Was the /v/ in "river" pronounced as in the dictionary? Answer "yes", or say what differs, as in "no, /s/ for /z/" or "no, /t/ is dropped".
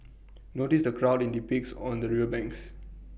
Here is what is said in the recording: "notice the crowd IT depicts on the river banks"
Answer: no, /v/ is dropped